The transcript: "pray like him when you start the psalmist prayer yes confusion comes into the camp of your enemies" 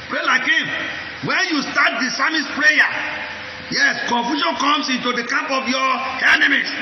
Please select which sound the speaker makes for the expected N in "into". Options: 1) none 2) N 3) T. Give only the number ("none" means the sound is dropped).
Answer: 2